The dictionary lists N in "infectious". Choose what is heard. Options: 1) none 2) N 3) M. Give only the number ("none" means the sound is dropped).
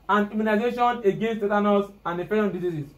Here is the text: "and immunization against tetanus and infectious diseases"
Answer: 1